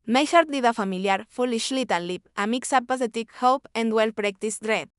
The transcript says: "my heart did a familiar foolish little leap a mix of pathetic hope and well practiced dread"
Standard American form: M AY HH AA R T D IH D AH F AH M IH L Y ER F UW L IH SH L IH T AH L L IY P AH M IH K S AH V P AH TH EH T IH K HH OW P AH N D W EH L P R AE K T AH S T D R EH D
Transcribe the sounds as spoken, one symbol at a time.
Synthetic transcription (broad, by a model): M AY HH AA R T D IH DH AH F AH M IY L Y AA F UW L IH SH L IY T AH N L IY P AH M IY K S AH P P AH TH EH T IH K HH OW P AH N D W EH L P R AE K T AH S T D R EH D